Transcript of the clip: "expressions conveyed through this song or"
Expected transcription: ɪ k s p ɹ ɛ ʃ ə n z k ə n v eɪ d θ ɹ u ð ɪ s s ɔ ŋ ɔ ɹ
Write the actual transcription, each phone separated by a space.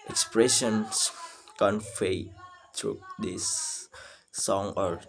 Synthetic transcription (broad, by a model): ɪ k s p ɹ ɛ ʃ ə n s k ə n f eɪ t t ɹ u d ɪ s s ɔ ŋ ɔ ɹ